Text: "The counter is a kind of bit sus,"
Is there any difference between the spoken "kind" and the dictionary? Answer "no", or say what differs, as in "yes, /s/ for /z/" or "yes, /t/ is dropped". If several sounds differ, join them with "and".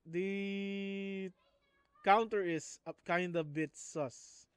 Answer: no